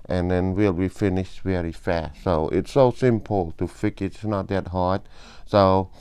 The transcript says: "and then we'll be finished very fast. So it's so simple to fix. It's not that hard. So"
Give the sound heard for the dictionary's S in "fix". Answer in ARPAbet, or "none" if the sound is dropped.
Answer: none